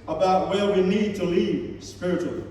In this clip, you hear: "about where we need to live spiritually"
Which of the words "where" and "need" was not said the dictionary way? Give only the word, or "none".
where